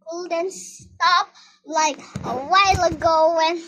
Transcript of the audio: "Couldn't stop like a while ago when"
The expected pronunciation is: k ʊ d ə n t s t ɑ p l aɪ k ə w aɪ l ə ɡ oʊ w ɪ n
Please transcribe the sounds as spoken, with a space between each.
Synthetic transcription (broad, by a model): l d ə n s s t ɑ p l aɪ k ə w aɪ l ə ɡ oʊ w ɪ n